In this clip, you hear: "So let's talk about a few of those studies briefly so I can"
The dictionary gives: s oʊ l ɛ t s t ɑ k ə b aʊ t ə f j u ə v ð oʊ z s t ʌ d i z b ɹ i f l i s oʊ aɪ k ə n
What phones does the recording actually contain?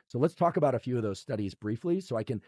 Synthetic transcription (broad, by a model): s oʊ l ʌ t s t ɑ k ə b aʊ t ə f j u ə v ð oʊ z s t ʌ d i z b ɹ i f l i s oʊ aɪ k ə n